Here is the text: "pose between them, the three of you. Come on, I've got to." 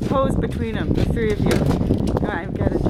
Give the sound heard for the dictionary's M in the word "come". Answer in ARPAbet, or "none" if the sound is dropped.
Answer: none